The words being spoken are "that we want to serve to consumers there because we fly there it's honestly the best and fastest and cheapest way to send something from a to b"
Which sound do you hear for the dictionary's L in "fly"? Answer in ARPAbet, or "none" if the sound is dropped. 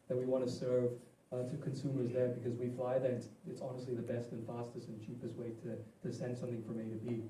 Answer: L